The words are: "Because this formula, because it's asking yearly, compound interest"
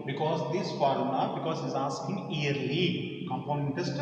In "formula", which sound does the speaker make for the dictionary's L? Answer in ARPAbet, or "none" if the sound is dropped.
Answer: N